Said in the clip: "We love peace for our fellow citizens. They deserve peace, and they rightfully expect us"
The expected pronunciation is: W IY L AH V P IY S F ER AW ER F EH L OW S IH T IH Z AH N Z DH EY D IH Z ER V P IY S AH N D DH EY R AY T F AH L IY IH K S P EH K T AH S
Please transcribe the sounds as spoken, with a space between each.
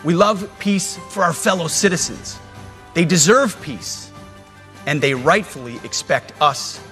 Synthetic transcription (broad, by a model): W IY L AH V P IY S F ER AW ER F EH L OW S IH T IH Z AH N Z DH EY D IH Z ER V P IY S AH N DH EY R AY T F L IY IH K S P EH K T AH S